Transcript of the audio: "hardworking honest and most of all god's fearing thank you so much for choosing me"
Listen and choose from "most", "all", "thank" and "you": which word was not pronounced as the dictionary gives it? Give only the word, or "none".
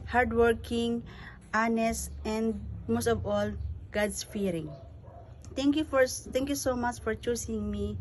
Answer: thank